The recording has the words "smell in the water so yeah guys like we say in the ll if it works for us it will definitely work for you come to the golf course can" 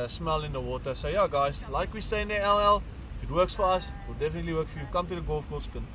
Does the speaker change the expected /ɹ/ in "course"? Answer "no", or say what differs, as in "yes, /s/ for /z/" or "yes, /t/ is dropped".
yes, /l/ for /ɹ/